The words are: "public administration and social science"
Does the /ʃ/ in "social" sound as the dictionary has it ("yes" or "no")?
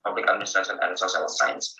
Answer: no